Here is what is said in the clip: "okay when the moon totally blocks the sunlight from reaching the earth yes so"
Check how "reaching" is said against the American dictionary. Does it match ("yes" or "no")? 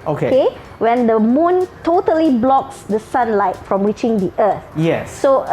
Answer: no